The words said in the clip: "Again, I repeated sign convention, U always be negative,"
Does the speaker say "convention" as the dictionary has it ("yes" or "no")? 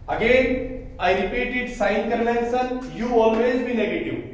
no